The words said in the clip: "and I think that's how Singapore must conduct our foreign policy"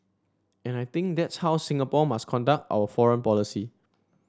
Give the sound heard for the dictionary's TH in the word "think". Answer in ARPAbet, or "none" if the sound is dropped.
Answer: T